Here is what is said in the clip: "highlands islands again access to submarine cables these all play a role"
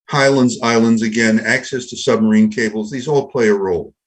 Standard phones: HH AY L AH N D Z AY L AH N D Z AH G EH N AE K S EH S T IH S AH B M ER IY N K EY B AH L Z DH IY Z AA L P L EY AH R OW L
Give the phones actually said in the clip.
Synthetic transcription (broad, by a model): HH AY L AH N D Z AY L AH N D Z AH G EH N AE K S EH S T IH S AH B M ER IY N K EY B L Z DH IY Z AA L P L EY AH R OW L